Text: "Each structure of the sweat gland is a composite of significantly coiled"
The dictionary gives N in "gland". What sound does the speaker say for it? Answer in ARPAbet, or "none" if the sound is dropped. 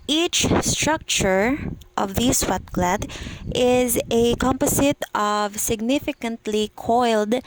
none